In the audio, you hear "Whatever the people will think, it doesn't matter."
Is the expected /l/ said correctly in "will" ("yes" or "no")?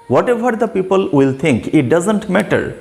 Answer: yes